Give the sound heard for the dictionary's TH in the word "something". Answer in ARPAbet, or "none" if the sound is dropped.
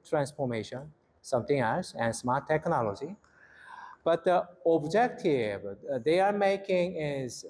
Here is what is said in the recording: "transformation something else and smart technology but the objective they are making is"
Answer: T